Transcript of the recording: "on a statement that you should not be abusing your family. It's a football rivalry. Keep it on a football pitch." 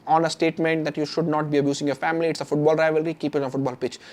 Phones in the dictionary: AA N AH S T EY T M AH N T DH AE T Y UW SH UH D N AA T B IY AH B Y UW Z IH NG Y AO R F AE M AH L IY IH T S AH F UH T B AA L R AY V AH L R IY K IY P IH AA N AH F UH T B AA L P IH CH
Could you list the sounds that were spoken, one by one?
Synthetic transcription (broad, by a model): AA N AH S T EY T M AH N T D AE T Y UW SH UH D N AA T B IY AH B Y UW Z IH NG Y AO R F AE M AH L IY IH T S AH F UH T B AA L R AY V AH L R IY K IY P IH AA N AH F UH T B AA L P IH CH